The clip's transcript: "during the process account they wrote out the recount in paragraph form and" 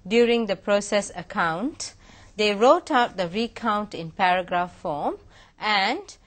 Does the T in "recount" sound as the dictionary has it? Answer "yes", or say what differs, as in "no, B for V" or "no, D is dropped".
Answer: yes